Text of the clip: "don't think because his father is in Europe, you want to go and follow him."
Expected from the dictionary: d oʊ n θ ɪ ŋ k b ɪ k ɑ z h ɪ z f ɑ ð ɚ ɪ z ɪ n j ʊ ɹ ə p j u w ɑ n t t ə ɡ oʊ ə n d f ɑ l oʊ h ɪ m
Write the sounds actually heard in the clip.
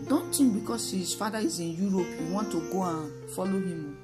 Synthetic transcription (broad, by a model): d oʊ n t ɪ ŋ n b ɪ k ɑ s h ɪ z f ɑ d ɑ ɪ z ɪ n j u ɹ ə p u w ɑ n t t ə ɡ oʊ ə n f ɑ l oʊ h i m